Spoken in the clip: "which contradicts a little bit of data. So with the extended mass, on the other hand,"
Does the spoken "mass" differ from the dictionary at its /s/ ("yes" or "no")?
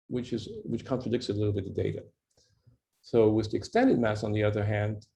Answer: no